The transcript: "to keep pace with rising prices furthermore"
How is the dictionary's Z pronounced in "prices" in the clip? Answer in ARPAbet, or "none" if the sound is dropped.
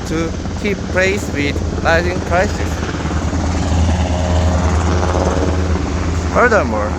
S